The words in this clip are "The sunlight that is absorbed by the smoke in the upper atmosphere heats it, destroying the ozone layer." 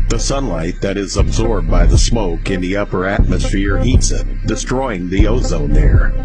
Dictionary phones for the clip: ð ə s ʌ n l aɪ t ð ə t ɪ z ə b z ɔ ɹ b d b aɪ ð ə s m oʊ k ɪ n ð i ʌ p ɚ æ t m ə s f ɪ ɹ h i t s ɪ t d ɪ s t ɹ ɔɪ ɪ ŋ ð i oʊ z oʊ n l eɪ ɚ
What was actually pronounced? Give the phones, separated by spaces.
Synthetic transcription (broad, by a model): ð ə s ʌ n l aɪ t ð ə t ɪ z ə b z ɔ ɹ b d b aɪ ð ə s m oʊ k ɪ n ð i ʌ p ɚ æ t m ə s f ɪ ɹ h i t s ɪ t d ɪ s t ɹ ɔɪ ɪ ŋ ð i oʊ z oʊ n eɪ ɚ